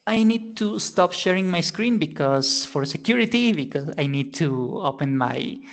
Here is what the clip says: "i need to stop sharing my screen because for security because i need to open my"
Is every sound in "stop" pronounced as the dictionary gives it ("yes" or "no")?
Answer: yes